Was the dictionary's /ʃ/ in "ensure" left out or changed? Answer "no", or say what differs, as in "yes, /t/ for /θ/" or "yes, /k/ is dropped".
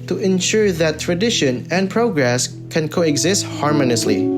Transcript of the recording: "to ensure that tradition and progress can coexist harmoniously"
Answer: no